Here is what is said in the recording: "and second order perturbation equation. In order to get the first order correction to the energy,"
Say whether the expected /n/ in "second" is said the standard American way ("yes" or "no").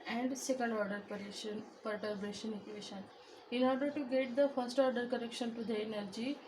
no